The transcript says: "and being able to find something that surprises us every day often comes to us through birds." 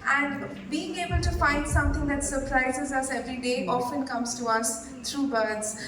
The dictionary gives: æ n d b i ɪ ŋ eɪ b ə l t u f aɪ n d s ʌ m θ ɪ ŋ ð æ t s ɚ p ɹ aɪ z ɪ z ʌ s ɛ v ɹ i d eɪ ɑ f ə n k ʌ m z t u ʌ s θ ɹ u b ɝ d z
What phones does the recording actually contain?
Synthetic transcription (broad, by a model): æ n d b i ɪ ŋ eɪ b ə l t u f aɪ n d s ʌ m t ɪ ŋ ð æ t s ɚ p ɹ aɪ z ɪ z ʌ s ɛ v ɹ i d eɪ ɑ f ə n k ʌ m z t u ʌ s t ɹ u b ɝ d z